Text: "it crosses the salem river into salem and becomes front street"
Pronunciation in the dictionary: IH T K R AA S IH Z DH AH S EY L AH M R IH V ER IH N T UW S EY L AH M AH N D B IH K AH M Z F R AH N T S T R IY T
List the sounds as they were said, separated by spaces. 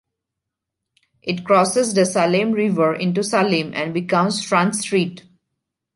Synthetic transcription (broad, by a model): IH T K R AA S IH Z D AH S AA L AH M R IH V ER IH N T UW S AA L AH M AH N D B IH K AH M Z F R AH N S T R IY T